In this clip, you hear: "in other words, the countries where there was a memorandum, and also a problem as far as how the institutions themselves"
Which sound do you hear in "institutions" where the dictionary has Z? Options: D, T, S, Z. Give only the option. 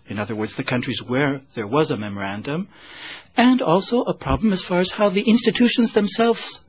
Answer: Z